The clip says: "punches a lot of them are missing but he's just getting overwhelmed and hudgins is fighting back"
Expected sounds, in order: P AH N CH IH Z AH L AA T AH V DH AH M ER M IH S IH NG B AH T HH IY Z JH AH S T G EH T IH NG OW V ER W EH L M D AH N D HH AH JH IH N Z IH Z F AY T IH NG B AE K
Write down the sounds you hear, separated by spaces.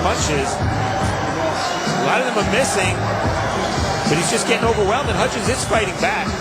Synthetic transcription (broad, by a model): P AH N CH IH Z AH L AA T AH V DH AH M ER M IH S IH NG B AH T HH IY Z JH AH S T G EH T IH NG OW V ER W EH L M AH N HH AH CH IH Z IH S F AY T IH NG B AE K